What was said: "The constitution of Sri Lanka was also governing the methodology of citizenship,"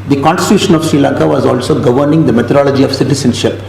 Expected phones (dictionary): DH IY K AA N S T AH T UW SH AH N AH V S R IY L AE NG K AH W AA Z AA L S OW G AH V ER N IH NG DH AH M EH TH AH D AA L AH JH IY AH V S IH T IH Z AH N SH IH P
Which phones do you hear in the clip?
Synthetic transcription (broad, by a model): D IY K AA N S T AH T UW SH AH N AH V S R IY L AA NG K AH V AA Z AA L S OW G AH V ER N IH NG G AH M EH T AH D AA L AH JH IY AH V S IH T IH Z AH N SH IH P